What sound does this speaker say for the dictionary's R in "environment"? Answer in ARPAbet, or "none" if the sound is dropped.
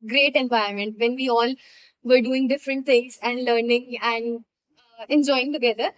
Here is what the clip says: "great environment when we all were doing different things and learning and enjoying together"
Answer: none